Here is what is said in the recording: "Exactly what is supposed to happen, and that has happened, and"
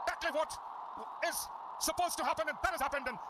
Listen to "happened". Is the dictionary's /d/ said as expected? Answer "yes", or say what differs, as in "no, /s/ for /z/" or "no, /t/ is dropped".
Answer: yes